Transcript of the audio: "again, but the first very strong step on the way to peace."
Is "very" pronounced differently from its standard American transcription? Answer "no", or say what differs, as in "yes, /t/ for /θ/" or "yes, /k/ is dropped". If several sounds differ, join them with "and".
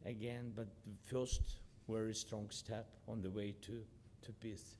yes, /w/ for /v/